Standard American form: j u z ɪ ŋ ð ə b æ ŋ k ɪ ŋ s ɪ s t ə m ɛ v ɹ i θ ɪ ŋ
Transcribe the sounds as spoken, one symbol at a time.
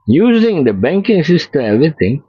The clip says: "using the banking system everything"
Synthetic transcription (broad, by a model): j u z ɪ ŋ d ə b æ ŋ k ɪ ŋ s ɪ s t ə ɛ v ɹ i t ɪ ŋ